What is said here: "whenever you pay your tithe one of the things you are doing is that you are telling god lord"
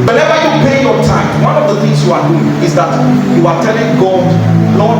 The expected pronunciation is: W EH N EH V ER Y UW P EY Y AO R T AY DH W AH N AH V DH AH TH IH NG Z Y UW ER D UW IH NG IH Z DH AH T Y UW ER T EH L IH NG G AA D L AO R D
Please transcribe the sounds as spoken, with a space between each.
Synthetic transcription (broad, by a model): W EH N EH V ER Y UW P EY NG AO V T AY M W AH N AH V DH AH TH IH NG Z Y UW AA D UW IH NG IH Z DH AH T Y UW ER T EH L IH NG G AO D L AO